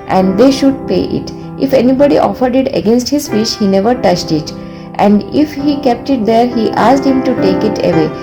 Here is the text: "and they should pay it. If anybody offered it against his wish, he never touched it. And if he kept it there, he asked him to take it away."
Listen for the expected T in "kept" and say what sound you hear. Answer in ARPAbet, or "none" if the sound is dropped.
T